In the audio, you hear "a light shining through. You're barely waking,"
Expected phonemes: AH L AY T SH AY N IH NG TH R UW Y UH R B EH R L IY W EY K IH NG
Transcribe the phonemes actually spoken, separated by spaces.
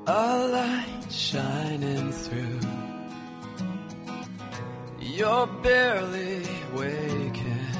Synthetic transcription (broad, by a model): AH L AY T SH AY N IH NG TH R UW Y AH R B EH R L IY W EY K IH